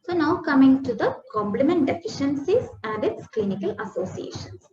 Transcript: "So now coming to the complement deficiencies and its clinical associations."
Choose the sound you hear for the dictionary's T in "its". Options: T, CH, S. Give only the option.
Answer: T